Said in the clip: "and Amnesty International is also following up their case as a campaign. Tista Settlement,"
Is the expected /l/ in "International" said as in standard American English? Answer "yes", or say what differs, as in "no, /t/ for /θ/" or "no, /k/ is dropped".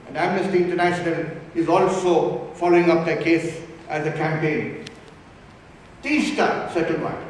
no, /n/ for /l/